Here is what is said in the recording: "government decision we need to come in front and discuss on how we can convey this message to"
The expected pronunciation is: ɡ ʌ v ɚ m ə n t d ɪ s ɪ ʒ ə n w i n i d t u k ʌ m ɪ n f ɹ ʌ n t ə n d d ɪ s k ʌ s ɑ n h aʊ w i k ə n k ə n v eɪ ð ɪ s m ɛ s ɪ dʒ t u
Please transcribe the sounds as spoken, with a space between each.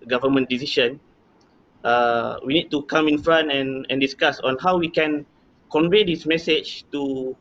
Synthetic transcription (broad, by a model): ɡ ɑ v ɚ m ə n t d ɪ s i ʃ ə n w i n i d t u k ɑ m ɪ n f ɹ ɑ n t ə n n d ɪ s k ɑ s ɑ n h aʊ w i k ə n k ə n v eɪ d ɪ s m ɛ s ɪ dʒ t u